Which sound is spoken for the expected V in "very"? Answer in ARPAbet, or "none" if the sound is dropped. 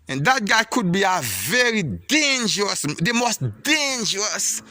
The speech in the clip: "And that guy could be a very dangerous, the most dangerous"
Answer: V